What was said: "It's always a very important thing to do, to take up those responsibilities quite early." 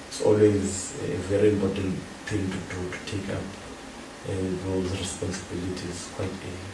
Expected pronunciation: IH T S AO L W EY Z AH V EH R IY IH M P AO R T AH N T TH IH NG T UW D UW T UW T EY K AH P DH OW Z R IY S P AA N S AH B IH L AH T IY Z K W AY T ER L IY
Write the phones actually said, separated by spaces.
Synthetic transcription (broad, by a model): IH T S AO L W EY Z AH V EH R IY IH M P AO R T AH N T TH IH NG T UW D UW T UW T EY K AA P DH OW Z R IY S P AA N S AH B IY L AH T IY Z K W AY T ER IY